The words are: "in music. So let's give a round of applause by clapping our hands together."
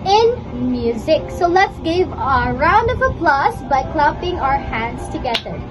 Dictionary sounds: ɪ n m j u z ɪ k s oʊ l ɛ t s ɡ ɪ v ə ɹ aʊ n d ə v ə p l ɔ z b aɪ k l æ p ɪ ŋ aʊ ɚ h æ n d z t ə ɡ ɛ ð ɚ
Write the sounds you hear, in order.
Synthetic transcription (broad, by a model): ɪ n m j u z ɪ k s oʊ l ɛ t s ɡ ɪ v ə ɹ aʊ n d ə v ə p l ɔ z b aɪ k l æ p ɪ ŋ aʊ ɚ h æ n d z t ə ɡ ɛ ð ɚ